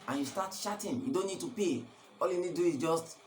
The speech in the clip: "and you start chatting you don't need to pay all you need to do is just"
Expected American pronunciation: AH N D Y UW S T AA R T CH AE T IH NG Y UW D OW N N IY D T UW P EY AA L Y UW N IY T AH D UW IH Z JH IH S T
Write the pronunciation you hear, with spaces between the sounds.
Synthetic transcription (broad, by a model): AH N Y UW S T AA T SH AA T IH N Y UW D OW N N IY D T UW P EY AA L Y UW N IY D D UW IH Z JH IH S T